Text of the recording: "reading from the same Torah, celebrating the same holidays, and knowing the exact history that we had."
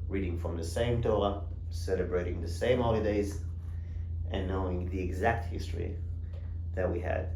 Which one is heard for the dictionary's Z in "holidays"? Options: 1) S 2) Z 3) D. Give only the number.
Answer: 2